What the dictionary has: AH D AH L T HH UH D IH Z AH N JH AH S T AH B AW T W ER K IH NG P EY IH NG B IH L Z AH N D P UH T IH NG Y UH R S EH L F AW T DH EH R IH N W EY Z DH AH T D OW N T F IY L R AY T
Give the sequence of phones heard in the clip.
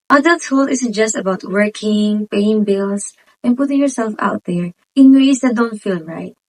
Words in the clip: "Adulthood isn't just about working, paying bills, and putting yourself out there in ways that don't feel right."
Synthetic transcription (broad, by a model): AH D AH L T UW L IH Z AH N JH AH S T AH B AW T W ER K IH NG P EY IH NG B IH L S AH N P UH T IH NG Y UH R S EH L F AW T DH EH R IH N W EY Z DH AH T D OW N T F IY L R AY T